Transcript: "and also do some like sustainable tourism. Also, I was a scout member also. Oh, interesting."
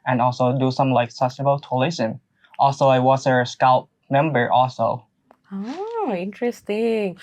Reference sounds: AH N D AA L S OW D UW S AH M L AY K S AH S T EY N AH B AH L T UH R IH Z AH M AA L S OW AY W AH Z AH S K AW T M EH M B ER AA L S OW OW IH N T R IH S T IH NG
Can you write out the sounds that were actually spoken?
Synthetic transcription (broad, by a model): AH N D AA L S OW D UW S AH M L AY K S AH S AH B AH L T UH L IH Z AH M AA L S OW AY W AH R AH S K AW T M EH M B ER AA L S OW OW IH N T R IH S T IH NG